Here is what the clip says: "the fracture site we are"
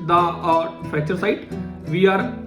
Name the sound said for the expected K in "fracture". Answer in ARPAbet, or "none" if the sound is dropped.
none